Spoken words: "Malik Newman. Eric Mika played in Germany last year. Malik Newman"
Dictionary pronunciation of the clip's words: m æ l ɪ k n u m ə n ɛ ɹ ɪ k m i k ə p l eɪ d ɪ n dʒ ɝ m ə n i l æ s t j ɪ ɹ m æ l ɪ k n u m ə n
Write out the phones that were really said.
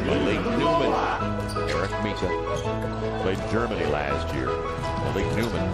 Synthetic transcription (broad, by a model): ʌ l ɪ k n u m ə n ɛ ɹ ɪ k m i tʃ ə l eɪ ɪ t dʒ ɝ m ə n i l æ s t j ɪ ɹ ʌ l ɪ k n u m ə n